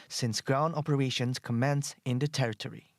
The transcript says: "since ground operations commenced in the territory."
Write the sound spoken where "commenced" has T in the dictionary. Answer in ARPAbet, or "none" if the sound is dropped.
none